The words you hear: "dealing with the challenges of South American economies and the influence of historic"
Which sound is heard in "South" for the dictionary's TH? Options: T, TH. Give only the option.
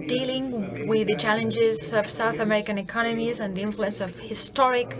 TH